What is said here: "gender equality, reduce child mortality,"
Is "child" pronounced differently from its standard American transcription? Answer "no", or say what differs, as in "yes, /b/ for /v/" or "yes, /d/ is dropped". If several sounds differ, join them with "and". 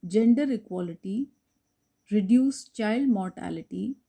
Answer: no